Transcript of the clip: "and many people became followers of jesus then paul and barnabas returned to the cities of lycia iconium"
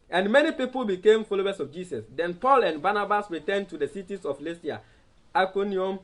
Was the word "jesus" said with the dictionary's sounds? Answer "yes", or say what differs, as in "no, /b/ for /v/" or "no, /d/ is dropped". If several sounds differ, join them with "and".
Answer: no, /s/ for /z/